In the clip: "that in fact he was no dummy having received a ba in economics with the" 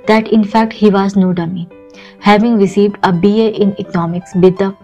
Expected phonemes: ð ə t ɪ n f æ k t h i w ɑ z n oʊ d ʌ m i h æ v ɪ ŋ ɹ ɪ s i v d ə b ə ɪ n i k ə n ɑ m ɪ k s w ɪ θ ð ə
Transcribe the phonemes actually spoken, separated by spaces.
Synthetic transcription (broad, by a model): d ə t ɪ n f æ k t h i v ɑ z n oʊ d ʌ m i h æ v ɪ ŋ ɹ ɪ s i v d ə b ə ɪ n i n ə n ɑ m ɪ k s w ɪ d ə